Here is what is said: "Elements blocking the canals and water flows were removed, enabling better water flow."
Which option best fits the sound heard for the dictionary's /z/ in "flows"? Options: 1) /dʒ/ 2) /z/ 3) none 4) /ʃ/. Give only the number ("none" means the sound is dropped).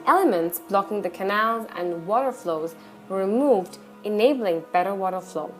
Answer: 2